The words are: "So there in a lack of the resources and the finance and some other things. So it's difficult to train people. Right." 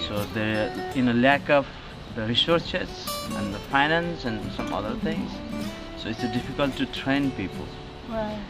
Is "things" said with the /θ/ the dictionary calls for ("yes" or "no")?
no